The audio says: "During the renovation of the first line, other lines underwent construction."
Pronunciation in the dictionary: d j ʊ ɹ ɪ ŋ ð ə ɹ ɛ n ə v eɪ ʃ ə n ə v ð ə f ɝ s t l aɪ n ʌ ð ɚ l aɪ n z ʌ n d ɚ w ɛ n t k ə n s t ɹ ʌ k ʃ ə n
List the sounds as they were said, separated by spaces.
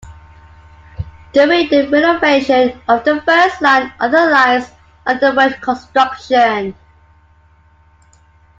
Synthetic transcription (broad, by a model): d j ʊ ɹ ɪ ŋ ð ə ɹ ɛ n ə v eɪ ʃ ə n ə v ð ə f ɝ s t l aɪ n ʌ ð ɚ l aɪ z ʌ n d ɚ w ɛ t k ə n s t ɹ ʌ k ʃ ə n